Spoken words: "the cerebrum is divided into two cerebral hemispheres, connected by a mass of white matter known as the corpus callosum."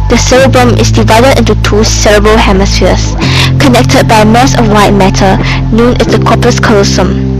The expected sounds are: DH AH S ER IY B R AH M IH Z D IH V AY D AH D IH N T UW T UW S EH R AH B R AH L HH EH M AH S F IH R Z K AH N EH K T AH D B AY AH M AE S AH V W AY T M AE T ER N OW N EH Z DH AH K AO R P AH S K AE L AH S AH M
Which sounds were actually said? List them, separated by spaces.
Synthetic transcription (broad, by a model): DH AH S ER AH B R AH M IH S D IH V AY D AH D IH N T UW T UW S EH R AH B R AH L HH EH M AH S F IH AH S K AH N EH K T AH D B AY AH M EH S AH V W AY T M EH T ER N OW N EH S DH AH K AO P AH S K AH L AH S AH M